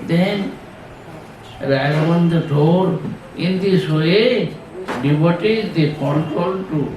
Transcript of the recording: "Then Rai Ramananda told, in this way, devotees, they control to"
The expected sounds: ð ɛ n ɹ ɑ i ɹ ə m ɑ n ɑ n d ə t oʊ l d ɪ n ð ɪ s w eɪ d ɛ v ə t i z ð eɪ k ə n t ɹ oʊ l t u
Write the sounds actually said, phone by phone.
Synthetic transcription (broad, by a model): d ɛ n ɹ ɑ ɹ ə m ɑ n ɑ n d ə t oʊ d ɪ n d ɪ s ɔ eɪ d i b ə t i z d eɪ k ə n t ɹ oʊ l t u